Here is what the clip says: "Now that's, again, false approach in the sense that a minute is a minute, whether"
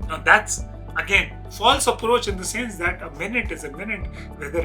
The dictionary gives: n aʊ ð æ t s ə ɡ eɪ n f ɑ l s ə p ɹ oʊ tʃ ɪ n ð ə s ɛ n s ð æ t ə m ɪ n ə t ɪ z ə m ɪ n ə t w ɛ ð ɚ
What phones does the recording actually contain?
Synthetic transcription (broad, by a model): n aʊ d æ t s ə ɡ eɪ n f ɑ l s ə p ɹ oʊ tʃ ɪ n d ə s ɛ n s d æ t ə m ɪ n ə t ɪ z ə m ɪ n ə t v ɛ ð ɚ